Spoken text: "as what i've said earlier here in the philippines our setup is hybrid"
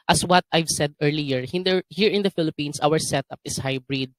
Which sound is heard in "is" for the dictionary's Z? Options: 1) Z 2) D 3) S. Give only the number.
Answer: 3